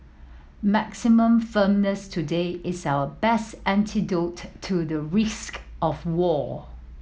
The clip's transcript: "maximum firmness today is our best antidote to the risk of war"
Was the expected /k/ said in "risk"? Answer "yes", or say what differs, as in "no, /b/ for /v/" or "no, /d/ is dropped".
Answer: yes